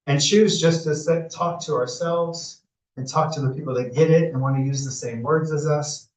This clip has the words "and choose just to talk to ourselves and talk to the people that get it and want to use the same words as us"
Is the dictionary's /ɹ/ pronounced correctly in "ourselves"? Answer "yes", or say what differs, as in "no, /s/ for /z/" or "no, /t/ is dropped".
yes